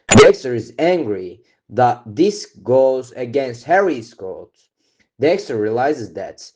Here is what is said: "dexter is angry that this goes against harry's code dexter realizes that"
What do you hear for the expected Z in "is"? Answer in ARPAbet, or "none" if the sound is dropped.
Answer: Z